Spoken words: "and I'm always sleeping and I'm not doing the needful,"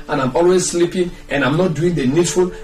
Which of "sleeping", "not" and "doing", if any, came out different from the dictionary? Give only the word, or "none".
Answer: none